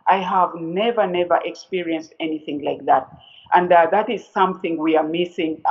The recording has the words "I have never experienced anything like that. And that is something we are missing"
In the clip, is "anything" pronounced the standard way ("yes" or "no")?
yes